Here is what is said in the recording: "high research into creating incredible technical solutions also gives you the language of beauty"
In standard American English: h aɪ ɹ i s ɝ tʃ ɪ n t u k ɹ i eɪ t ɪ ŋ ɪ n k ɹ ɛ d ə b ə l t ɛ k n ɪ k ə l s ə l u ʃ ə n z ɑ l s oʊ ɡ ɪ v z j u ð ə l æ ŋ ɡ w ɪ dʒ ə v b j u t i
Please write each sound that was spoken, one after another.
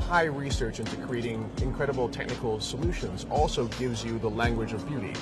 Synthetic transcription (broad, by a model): h aɪ ɹ i s ɝ tʃ ɪ n t u k ɹ i eɪ t ɪ ŋ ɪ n k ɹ ɛ d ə b l t ɛ k n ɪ k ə l s ə l u ʃ ə n z ɑ l s oʊ ɡ ɪ v z j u ð ə l æ ŋ ɡ w ɪ dʒ ə v b j u t i